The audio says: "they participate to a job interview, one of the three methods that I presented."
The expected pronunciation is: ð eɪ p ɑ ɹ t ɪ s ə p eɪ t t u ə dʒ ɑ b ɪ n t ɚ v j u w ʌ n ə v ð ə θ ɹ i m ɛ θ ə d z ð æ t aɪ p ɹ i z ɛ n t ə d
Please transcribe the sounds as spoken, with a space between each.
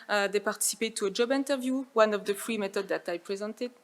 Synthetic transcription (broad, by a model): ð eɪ p ɑ ɹ t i s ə p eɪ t t u ə dʒ ɑ b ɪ n t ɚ v j u w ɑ n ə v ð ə f ɹ i m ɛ t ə d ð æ t aɪ p ɹ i z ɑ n t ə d